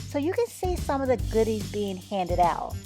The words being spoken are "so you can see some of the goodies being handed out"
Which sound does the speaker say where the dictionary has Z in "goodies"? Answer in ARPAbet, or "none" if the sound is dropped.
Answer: Z